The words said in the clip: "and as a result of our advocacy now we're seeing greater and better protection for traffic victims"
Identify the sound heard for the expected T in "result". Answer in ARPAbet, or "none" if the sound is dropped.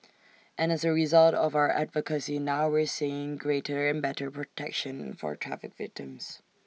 T